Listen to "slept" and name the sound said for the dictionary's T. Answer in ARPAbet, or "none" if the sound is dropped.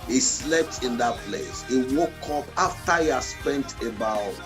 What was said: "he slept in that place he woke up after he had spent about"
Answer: T